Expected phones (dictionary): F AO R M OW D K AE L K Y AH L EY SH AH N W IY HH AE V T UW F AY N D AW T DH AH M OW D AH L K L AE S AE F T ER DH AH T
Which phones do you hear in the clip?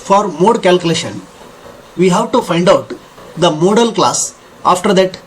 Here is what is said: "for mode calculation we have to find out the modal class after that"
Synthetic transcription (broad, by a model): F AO R M OW D K AE L K Y AH L EY SH AH N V IY HH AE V T UW F AY N D AW T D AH M OW D AH L K L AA S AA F T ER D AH T